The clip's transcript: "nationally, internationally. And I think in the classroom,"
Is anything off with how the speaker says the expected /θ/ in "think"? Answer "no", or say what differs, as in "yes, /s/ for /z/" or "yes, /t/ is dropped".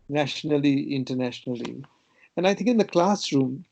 yes, /t/ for /θ/